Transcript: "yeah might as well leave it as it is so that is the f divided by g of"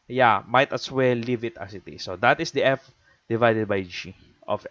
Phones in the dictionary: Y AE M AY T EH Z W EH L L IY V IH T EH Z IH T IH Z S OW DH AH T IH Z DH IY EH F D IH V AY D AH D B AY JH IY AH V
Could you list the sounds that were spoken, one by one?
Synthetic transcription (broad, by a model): Y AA M AY T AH S W EH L L IY V IH T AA S IH T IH S OW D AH T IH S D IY EH F D IH V AY D AH D B AY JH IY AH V